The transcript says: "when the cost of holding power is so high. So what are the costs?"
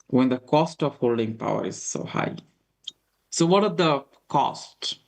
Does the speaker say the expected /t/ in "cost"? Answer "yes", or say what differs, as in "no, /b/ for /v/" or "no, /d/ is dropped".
yes